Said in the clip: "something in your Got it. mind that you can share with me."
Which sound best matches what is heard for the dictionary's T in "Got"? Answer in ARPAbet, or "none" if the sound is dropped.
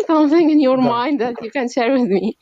none